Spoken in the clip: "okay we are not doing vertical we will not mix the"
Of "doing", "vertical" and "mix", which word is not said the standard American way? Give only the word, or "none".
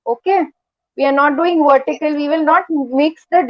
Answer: none